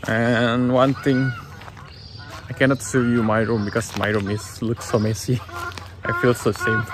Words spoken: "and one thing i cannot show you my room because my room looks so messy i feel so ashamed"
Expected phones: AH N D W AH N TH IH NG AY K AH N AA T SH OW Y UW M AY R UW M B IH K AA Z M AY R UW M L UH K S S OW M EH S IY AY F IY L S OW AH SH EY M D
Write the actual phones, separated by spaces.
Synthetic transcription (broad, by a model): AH N W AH N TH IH NG AY K AH N AA T S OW Y UW M AY R UW M B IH K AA S M AY R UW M L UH K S S OW M EH S IY AY F IY L S OW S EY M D